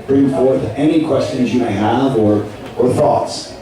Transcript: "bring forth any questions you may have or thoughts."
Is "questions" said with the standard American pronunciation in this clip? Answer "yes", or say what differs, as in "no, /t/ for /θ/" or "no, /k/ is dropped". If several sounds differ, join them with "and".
yes